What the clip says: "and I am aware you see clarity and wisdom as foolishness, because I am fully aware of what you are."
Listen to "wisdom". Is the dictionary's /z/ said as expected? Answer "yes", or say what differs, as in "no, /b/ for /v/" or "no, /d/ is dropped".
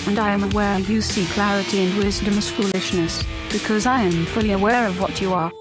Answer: yes